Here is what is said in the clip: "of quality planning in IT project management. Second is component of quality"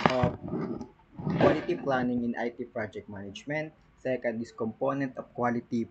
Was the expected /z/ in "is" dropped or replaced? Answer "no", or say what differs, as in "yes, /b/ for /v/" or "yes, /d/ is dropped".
yes, /s/ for /z/